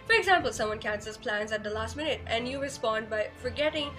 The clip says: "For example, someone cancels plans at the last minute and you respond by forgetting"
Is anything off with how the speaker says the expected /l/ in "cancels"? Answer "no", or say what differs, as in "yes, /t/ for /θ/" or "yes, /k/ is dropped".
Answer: yes, /l/ is dropped